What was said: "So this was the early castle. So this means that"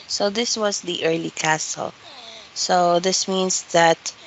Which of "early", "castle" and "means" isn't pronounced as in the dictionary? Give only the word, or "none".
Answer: means